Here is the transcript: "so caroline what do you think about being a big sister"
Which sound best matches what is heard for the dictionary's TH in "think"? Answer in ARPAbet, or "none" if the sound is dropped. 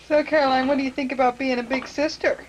TH